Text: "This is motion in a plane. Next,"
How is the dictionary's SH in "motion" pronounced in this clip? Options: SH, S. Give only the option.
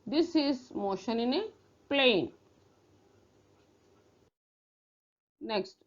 SH